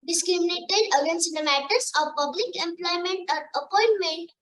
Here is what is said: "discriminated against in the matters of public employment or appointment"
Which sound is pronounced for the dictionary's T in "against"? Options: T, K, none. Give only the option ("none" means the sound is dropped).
none